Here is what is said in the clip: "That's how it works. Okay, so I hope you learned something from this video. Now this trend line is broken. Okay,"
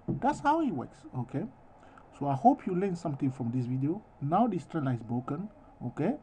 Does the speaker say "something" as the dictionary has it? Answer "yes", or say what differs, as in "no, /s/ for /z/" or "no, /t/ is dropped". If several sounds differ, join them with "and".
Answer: no, /t/ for /θ/